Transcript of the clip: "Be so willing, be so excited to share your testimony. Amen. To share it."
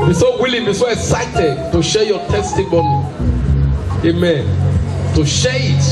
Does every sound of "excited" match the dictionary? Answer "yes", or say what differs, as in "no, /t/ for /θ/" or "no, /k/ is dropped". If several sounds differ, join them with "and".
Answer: yes